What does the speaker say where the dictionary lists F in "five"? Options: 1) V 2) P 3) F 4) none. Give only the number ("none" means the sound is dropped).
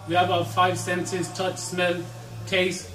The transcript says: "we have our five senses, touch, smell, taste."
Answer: 3